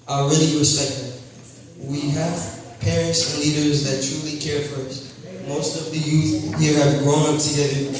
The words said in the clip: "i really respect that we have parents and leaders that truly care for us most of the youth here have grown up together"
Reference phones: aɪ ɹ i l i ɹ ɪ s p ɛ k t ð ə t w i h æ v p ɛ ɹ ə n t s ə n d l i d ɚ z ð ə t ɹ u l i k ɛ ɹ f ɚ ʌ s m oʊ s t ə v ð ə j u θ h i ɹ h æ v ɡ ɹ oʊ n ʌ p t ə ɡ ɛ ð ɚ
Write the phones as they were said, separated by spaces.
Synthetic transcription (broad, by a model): aɪ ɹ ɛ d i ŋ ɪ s ɛ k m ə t w i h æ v p ɛ ɹ ə n t s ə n l i d ɚ z ð ə t ɹ u l i k ɛ ɹ f ɚ ʌ s m oʊ s t ə v ð ə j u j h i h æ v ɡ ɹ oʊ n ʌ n t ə ɡ ɛ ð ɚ